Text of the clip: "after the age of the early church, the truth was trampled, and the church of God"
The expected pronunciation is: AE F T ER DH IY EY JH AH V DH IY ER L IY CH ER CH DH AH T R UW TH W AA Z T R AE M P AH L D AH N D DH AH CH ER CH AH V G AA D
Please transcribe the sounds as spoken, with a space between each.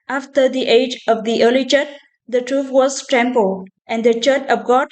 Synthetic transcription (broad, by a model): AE F T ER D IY EY JH AH V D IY ER L IY CH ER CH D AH T R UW F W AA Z T R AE M P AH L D AH N D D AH CH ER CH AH P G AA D